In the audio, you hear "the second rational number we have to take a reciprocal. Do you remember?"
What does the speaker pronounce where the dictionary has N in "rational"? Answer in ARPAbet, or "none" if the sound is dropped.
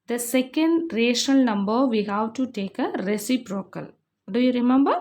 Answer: none